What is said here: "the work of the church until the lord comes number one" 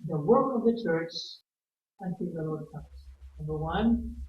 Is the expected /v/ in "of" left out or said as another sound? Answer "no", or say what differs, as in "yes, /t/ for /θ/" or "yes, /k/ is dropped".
no